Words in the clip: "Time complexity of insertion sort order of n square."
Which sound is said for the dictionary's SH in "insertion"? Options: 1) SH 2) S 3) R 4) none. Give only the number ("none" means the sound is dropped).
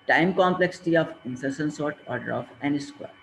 2